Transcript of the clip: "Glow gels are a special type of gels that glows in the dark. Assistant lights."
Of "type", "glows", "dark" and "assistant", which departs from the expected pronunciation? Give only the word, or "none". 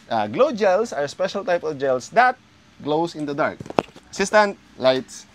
glows